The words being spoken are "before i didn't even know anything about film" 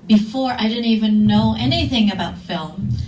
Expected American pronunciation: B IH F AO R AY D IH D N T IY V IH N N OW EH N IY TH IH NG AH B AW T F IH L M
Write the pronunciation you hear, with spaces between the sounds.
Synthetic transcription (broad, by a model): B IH F AO R AY D IH D N T IY V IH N N OW EH N IY TH IH NG AH B AW T F IH L M